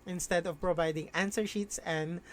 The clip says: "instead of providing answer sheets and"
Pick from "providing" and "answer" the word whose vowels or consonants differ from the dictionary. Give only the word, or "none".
none